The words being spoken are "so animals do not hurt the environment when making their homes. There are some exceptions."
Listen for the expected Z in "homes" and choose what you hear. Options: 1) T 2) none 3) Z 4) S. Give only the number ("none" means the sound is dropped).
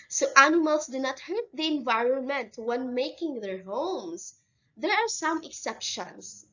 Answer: 4